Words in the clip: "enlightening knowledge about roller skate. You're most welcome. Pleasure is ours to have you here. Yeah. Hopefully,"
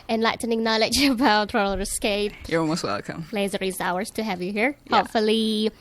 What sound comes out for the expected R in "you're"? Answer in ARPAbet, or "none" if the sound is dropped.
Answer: L